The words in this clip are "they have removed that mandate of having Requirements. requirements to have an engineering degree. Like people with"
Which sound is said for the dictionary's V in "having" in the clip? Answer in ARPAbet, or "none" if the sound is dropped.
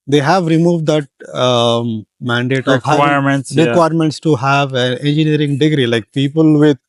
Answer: none